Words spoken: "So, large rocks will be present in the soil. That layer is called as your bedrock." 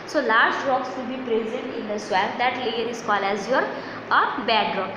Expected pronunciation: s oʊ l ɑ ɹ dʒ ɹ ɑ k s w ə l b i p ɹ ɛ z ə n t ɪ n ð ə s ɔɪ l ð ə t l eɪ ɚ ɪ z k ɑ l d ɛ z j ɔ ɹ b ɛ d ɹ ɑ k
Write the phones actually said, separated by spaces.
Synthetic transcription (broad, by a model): s oʊ l ɑ ɹ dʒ ɹ ɑ k s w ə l b i p ɹ ɛ z ə n t ɪ n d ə s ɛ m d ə t l eɪ ɚ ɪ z k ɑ l ɛ z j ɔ ɹ b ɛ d ɹ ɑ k